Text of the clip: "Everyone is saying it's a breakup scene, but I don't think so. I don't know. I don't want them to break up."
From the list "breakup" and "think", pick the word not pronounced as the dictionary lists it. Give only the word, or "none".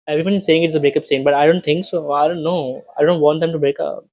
think